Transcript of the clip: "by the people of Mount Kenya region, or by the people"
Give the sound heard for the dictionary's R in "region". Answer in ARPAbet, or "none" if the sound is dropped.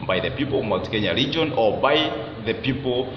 R